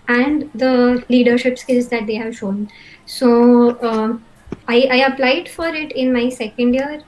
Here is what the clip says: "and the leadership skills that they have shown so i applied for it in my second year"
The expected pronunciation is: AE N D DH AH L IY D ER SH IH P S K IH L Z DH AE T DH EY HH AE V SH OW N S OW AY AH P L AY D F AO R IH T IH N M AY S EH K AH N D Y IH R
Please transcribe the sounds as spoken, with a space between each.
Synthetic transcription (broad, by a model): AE N D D AH L IY D ER SH IH P S K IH L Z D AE T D EY HH AE V SH OW N S OW AY AH P L AY D F AO R IH T IH N M AY S EH K AH N D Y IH R